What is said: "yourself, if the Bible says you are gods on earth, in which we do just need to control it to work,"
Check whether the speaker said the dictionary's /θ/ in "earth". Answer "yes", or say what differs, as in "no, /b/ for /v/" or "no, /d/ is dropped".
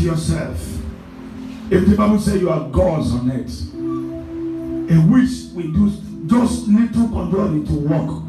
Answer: no, /t/ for /θ/